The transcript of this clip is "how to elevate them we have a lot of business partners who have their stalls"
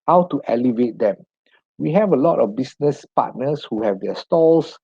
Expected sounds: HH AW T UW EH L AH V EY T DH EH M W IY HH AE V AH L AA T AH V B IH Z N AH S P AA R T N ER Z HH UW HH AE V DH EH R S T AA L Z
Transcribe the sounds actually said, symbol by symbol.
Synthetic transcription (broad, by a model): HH AW T UW EH L AH V EY T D EH M W IY HH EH V AH L AA T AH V B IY S N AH S P AA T N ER S HH UW HH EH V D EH S T AA L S